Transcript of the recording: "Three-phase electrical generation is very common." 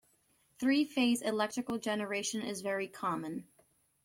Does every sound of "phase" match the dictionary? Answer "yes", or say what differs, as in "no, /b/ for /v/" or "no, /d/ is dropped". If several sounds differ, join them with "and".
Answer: yes